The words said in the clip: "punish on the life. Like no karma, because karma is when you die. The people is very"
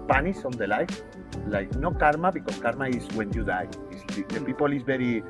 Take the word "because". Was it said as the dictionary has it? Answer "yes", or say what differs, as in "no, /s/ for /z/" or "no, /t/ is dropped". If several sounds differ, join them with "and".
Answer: no, /s/ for /z/